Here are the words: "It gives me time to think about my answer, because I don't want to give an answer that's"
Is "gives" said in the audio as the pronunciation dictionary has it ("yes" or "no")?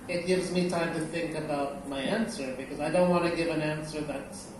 yes